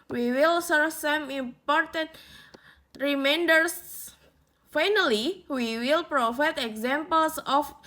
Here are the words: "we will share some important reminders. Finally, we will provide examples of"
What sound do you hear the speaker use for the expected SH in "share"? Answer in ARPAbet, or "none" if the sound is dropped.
S